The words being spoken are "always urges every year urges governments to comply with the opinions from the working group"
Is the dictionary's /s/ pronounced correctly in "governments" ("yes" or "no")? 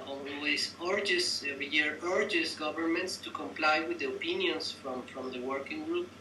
yes